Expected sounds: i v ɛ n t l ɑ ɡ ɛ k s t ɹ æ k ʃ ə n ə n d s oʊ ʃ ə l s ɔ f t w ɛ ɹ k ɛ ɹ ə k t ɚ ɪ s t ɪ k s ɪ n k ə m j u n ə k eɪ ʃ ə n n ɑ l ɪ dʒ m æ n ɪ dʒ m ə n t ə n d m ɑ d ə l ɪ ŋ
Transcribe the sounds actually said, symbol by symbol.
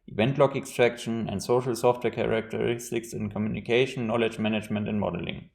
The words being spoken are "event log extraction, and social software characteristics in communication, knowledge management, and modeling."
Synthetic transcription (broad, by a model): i v ɛ n t l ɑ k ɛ k s t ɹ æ k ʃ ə n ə n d s oʊ ʃ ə l s ɔ f t w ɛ k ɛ ɹ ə k t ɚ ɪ s t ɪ k s ɪ n k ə m j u n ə k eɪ ə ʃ n ɑ l ɪ dʒ m æ n ɪ dʒ m ə n t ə n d m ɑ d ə l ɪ ŋ